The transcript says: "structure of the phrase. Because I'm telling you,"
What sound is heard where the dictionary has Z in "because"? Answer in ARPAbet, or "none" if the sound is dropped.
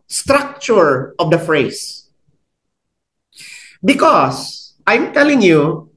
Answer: S